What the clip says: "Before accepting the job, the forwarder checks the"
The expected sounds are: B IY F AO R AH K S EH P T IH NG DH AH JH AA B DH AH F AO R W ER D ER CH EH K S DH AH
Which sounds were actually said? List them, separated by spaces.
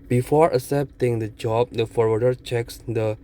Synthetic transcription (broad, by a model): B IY F AO R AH S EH P T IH NG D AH JH AA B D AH F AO R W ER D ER CH EH K S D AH